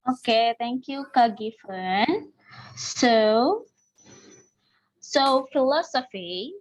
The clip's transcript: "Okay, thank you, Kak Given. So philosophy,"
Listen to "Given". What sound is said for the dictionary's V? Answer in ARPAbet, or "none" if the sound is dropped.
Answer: F